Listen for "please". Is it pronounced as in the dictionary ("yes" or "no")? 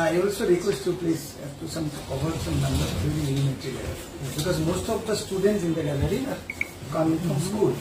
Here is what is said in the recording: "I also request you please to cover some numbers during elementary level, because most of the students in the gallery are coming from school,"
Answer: no